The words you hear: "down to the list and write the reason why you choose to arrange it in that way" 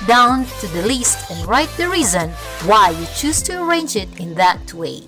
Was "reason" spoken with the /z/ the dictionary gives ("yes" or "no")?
yes